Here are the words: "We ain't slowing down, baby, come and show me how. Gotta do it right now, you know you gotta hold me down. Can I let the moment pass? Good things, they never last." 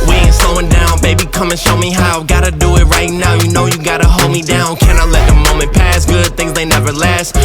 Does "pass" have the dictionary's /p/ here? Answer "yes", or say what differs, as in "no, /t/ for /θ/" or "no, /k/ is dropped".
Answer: yes